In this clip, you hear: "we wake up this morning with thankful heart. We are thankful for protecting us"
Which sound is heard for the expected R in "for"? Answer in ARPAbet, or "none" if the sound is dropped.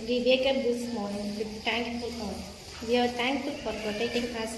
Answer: R